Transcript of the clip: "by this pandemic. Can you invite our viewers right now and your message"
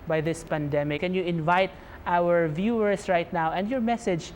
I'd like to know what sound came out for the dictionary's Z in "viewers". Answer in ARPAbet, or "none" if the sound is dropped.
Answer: S